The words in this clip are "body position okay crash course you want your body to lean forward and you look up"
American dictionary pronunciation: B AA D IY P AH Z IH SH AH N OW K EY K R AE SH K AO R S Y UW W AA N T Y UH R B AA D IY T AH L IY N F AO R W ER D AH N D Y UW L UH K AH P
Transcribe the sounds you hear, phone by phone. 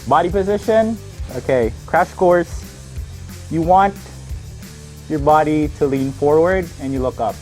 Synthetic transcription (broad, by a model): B AA D IY P AH Z IH SH AH N OW K EY K R AE SH K AO R S Y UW W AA N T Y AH R B AA D IY T AH L IY N F AO R W ER D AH N Y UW L UH K AH P